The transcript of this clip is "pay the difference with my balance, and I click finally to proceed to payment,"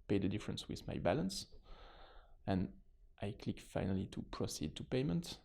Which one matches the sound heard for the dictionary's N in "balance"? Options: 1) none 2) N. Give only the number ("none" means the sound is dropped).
2